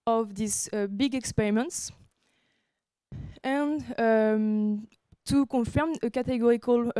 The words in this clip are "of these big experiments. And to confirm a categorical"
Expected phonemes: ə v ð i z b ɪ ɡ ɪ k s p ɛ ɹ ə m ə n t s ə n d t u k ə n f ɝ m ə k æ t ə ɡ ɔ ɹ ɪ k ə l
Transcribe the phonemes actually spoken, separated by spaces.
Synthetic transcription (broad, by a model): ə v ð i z b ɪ ɡ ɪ k s p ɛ ɹ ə m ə n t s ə n t u k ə f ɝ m ə k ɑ t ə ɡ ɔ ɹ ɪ k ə l